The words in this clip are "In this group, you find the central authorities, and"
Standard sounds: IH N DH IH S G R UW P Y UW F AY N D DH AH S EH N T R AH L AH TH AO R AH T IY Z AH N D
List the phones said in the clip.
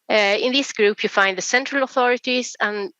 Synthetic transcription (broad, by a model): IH N DH IH S G R UW P Y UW F AY N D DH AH S EH N T R AH L AH TH AO R AH T IY Z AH N